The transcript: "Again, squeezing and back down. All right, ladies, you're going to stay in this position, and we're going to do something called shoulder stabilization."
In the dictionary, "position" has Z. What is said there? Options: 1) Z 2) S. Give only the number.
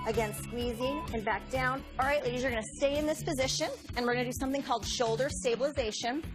1